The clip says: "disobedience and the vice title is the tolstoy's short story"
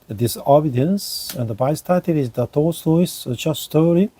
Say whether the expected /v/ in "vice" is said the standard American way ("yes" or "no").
no